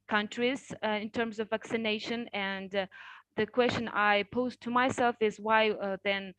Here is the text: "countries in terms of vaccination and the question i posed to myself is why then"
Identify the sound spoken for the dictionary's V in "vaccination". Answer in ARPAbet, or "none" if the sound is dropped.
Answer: V